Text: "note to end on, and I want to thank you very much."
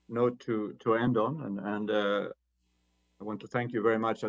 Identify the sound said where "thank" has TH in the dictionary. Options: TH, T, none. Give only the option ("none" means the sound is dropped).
TH